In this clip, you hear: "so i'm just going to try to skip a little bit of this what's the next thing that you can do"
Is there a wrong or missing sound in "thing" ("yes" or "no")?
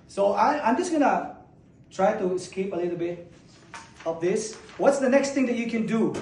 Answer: yes